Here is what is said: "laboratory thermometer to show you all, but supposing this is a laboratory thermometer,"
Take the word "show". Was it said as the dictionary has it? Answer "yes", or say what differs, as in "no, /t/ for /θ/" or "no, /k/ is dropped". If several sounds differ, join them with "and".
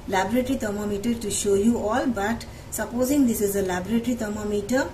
yes